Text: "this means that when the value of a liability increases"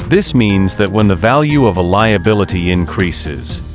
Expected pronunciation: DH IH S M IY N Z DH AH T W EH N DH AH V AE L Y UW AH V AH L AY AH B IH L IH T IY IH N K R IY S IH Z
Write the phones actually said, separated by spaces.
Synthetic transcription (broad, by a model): DH IH S M IY N Z DH AH T W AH N DH AH V AE L Y UW AH V AH L AY AH B IH L IH T IY IH N K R IY S IH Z